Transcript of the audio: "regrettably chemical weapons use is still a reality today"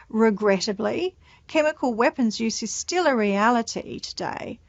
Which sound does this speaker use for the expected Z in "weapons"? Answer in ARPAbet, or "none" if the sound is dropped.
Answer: Z